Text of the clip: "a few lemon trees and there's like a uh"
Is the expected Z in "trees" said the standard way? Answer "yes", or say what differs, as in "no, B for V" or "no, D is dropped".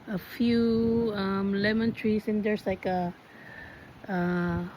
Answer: no, S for Z